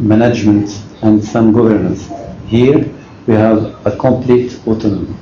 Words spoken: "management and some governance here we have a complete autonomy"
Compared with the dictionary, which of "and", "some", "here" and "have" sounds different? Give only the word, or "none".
none